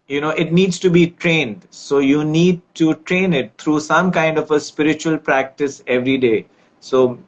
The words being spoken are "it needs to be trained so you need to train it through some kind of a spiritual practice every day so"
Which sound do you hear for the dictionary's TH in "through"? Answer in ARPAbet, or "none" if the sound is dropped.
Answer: T